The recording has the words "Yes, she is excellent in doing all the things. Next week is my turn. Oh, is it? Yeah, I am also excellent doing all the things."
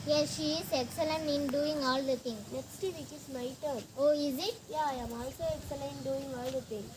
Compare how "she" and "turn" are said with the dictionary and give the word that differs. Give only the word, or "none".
turn